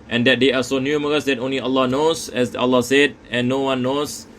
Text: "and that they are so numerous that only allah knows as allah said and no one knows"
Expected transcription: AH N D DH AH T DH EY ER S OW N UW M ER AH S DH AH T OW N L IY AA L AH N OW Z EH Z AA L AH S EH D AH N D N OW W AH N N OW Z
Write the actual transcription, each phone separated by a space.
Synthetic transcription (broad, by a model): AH N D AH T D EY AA S OW N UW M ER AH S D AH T OW N L IY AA L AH N OW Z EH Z AA L AH S EH D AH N N OW W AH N N OW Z